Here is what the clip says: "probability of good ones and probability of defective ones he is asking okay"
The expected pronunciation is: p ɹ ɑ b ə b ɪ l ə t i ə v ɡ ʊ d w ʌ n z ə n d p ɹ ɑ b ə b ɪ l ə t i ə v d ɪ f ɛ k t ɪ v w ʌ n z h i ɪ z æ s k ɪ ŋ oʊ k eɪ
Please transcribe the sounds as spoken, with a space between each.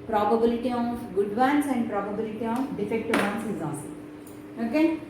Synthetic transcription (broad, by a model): p ɹ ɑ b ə b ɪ l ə t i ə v ɡ ʊ d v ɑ n s ə n d p ɹ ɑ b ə b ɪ l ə t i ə f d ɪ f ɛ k t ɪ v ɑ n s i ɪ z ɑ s ɪ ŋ oʊ k eɪ